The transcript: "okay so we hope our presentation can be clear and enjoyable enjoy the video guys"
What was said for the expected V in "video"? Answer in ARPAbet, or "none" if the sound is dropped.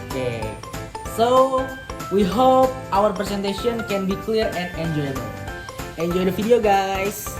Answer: F